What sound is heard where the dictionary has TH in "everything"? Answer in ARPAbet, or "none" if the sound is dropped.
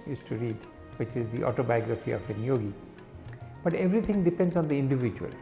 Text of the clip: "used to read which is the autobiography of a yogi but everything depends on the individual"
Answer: T